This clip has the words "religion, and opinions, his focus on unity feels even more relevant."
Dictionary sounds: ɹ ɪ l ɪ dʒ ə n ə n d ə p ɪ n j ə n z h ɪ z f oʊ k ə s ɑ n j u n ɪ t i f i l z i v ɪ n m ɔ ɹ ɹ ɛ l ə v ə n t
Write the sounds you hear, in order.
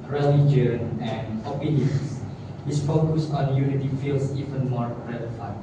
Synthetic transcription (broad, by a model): ɹ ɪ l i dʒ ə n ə n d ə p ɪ n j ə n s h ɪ s f oʊ k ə s ɑ n j u n ɪ t i f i l s i v ɪ n m ɔ ɹ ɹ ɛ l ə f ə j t